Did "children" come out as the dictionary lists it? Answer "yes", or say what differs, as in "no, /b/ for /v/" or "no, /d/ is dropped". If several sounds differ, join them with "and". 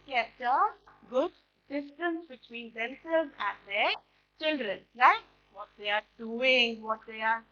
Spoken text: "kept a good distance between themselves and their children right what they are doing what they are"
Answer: yes